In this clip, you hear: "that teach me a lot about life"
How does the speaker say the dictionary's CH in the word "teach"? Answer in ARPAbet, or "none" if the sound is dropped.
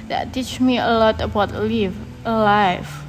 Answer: CH